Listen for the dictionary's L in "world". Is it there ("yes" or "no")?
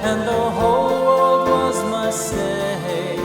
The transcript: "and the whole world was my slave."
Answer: no